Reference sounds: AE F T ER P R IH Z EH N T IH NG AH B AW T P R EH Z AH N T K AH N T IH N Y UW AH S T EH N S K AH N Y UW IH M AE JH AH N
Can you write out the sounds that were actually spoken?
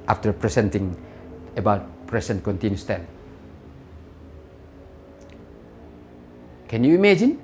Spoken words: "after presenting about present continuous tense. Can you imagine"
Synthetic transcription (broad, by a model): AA F T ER P R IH S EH N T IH NG AH B AW T P R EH S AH N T K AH N T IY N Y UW S T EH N K AH N Y UW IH M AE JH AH N